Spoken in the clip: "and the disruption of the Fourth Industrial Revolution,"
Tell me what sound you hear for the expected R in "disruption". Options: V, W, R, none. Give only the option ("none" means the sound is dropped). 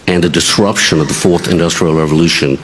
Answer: R